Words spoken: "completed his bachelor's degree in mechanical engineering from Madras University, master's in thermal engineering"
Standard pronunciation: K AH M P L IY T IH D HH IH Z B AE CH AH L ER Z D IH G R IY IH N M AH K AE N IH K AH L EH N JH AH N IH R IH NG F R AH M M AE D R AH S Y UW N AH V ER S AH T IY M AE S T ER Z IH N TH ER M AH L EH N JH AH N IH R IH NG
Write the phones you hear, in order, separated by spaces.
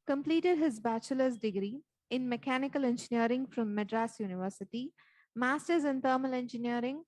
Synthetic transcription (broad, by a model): K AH M P L IY T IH D HH IH Z B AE CH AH L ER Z D IH G R IY IH N M AH K AE N IH K AH L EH N JH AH N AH R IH NG F R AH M M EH D R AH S Y UW N AH V ER S AH T IY M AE S T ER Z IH N T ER M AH L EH N JH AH N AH R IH NG